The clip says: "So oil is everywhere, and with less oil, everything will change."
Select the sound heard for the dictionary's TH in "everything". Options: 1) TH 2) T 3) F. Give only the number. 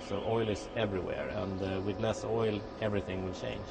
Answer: 1